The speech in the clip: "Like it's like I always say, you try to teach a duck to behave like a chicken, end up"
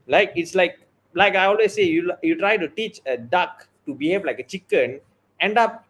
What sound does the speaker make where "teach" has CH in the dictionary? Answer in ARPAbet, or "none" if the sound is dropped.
CH